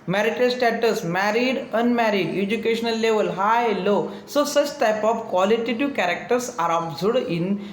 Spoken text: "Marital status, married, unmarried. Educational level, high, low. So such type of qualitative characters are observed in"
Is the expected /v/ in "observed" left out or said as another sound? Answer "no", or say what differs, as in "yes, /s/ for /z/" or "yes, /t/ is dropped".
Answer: yes, /v/ is dropped